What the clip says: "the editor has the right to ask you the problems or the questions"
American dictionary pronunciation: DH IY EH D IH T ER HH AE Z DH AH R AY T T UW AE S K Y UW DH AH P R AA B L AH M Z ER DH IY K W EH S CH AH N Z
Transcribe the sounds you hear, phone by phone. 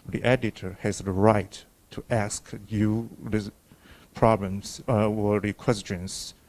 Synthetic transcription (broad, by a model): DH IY EH D IH T ER HH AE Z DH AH R AY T T UW AE S K Y UW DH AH P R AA B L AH M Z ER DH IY K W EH S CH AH N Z